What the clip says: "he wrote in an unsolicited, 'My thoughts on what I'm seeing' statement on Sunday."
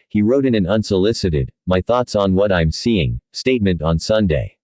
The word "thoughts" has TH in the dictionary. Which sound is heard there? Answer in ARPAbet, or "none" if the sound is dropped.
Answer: TH